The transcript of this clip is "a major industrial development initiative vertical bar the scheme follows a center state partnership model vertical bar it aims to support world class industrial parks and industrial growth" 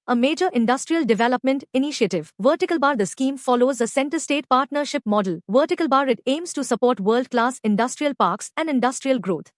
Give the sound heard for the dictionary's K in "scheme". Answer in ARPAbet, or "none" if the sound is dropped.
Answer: K